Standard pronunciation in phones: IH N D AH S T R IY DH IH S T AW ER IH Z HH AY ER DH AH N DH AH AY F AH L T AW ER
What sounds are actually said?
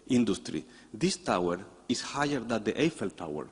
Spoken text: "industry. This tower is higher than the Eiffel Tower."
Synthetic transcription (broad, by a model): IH N D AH S T R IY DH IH S T AW ER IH S HH AY ER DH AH N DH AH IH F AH L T AW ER